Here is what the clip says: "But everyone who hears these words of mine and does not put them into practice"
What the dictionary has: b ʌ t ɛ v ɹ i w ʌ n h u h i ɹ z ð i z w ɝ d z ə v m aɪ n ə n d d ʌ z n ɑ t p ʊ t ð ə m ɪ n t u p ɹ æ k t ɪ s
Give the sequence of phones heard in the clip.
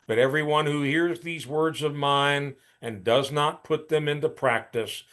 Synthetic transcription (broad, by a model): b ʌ t ɛ v ɹ i w ʌ n h u h i ɹ z ð i z w ɝ d z ə v m aɪ n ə n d d ʌ z n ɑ t p ʊ t ð ə m ɪ n t u p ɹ æ k t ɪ s